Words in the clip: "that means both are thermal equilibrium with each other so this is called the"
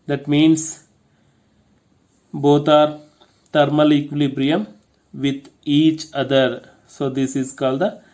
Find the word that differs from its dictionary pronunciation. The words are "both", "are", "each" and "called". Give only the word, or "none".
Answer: both